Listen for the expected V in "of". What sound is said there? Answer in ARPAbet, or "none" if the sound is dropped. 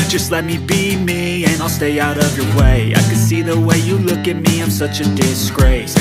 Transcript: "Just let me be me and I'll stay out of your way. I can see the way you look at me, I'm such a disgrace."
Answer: V